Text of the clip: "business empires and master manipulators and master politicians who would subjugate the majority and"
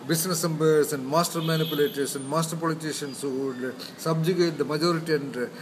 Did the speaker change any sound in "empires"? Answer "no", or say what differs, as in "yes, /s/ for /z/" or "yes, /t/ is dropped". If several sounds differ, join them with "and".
yes, /b/ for /p/